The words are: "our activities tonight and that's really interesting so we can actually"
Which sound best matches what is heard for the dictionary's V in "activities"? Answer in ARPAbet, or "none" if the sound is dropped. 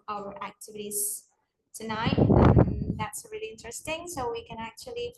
V